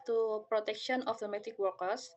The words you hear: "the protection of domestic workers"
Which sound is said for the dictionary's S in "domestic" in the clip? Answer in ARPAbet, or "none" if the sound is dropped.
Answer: none